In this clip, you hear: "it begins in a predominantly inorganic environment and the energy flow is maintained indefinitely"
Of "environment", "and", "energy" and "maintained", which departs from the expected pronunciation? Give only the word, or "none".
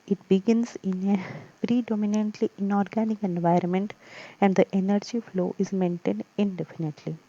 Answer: none